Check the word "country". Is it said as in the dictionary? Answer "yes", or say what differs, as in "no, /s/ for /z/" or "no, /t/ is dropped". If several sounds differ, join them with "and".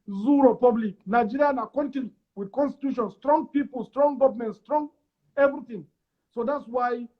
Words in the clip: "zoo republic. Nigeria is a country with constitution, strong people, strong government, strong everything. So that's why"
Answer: no, /ɹ/ is dropped